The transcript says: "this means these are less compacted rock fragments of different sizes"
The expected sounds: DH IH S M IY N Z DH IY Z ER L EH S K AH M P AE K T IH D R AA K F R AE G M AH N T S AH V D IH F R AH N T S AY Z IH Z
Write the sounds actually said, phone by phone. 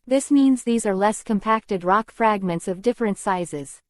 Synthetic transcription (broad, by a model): DH IH S M IY N Z DH IY Z ER L EH S K AH M P AE K T IH D R AA K F R AE G M AH N T S AH V D IH F R AH N T S AY Z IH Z